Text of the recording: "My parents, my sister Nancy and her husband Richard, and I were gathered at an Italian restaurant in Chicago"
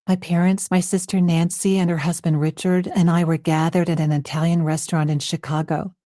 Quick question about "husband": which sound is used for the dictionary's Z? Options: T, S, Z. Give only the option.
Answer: Z